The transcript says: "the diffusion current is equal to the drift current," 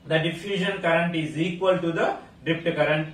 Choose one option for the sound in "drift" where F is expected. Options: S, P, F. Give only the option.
P